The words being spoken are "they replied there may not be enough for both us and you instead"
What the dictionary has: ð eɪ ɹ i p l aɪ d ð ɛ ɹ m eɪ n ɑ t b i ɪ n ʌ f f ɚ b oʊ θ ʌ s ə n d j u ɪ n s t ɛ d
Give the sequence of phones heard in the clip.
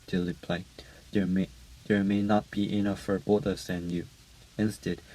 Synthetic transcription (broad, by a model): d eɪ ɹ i p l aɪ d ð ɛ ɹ m eɪ n ɑ t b i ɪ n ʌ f f ɚ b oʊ t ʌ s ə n j u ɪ n s t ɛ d